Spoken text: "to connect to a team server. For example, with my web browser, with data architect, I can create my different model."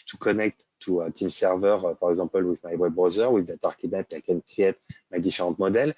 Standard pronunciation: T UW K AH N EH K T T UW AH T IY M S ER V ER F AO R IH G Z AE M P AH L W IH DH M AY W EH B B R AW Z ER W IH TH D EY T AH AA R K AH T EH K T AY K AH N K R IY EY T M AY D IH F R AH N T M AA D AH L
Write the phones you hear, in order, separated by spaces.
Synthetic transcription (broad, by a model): T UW K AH N EH K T T UW AH T IY M S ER V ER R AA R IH G Z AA P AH L W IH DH M AY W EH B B R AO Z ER W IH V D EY T AA R K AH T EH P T AY K AH N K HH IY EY T M AY D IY F R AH T M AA D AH L